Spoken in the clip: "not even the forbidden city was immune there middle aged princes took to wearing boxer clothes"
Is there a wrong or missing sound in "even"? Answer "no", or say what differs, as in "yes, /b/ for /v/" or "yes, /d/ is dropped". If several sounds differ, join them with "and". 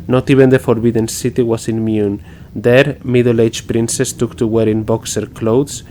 yes, /b/ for /v/